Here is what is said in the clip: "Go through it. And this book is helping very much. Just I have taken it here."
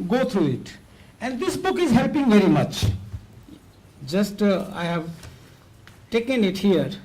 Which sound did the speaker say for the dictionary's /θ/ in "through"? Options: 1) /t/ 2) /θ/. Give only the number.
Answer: 1